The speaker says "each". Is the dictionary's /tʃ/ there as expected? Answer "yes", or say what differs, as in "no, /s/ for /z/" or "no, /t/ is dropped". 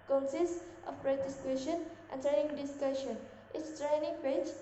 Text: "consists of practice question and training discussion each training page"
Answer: no, /s/ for /tʃ/